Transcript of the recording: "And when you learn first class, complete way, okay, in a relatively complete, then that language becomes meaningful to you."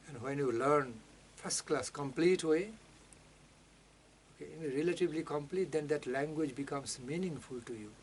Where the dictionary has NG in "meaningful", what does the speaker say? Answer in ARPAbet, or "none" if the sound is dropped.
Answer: NG